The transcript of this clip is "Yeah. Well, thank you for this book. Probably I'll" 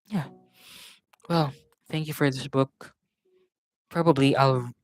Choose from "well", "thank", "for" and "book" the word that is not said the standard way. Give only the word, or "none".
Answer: none